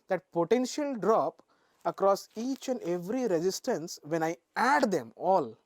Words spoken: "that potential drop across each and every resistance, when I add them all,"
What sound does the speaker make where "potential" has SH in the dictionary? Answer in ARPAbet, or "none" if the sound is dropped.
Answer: SH